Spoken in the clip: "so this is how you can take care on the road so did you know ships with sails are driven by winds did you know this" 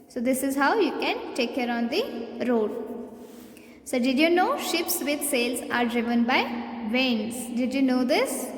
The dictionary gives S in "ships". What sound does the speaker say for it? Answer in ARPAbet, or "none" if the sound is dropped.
S